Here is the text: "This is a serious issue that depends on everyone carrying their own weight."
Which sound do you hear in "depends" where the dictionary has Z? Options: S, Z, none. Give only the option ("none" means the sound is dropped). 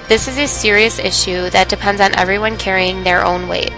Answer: Z